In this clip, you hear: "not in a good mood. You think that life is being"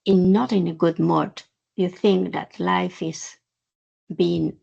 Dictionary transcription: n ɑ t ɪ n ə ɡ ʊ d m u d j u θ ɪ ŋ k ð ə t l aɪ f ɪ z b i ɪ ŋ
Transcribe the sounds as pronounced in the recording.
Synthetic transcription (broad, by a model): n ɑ t ɪ n ə ɡ ʊ d m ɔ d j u θ ɪ ŋ k ð ə t l aɪ f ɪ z b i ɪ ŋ